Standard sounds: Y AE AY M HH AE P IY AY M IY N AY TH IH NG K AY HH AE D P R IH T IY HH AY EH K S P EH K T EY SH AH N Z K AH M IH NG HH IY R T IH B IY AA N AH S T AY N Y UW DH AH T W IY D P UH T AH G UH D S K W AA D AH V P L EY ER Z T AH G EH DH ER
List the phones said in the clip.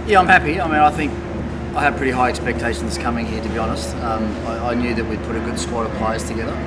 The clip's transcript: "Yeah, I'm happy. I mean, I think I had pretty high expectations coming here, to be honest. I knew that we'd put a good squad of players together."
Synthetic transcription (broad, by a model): Y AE AY M HH AE P IY AY M IY N AY TH IH NG K AY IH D P R IH T IY HH AY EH K S P EH K T EY SH N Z K AH M IH NG HH IY R T IH B IY AA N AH S T AY N Y UW DH AH T W IY D P UH T AH G UH D S K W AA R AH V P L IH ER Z T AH G EH DH ER